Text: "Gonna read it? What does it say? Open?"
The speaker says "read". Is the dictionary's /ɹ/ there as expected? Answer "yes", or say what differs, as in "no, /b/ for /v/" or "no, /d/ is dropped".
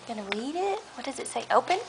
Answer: yes